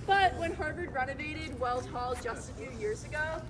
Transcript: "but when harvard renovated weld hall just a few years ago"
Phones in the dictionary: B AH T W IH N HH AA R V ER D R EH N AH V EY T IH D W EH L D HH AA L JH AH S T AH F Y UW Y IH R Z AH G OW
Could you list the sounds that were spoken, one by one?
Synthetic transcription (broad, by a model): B AH T W IH N HH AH R B ER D R EH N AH V EY T IH D W EH L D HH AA L JH AH S T AH F Y UW Y IH R Z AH G OW